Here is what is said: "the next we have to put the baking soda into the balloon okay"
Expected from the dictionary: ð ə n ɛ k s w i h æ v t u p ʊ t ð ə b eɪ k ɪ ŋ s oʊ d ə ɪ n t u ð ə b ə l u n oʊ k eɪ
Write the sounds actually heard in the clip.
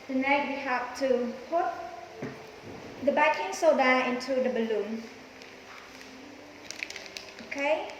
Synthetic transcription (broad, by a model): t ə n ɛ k w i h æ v t u p ʊ t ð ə b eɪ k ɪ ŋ s oʊ d ə ɪ n t u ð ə b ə l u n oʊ k eɪ